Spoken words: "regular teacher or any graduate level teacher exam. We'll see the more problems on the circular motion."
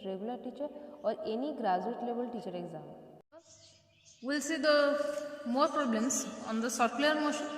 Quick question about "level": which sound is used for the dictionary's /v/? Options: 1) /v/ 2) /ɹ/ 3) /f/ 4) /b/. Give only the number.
4